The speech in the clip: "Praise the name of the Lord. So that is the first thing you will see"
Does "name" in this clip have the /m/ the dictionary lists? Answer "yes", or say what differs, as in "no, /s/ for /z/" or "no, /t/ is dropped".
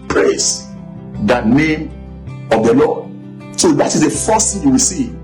yes